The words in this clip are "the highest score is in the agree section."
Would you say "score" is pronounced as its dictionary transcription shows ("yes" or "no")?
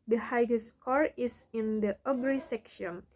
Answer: yes